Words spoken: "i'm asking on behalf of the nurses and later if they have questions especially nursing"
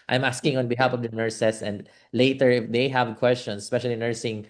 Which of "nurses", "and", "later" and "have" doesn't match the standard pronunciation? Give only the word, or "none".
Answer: nurses